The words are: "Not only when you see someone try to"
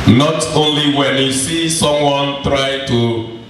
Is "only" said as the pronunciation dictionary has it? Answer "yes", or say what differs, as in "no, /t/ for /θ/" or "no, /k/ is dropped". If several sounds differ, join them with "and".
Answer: yes